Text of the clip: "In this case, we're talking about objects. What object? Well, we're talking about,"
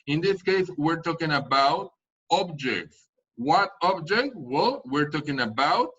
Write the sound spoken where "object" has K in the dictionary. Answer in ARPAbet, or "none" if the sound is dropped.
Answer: K